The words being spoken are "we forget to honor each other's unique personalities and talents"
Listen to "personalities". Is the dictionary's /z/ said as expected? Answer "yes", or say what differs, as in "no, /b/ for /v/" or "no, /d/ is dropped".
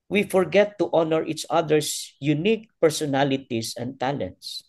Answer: no, /s/ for /z/